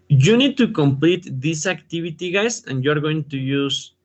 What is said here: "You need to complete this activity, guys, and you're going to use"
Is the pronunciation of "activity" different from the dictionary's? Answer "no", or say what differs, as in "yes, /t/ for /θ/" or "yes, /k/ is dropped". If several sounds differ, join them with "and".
yes, /b/ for /v/